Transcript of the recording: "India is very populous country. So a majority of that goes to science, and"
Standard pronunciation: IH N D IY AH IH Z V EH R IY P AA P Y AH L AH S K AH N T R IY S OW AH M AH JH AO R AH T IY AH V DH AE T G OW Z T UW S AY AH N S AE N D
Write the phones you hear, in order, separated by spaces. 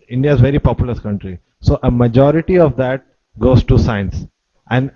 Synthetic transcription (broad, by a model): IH N D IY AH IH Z V EH R IY P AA P Y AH L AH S K AH N T R IY S OW AH M AH JH AO R AH T IY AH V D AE T G OW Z T UW S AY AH N S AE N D